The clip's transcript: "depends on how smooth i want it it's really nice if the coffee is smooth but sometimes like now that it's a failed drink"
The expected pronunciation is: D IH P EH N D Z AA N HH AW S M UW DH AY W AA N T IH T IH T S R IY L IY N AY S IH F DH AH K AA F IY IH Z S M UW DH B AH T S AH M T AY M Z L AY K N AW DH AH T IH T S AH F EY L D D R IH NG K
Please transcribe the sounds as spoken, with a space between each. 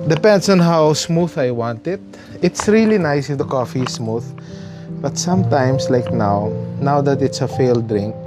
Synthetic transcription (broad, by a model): D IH P EH N D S AA N HH AW S M UW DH AY W AA N T IH T IH T S R IY L IY N AY S IH F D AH K AA F IY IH S M UW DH B AH T S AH M T AY M S L AY K N AW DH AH T IH T S AH F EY L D D R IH NG K